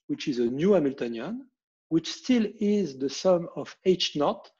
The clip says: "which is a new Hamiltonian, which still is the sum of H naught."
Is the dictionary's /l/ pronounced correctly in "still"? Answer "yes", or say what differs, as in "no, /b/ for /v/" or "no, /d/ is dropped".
yes